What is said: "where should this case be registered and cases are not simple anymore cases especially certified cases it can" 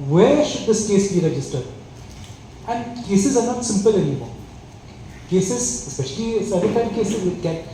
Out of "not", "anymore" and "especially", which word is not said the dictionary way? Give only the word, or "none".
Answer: anymore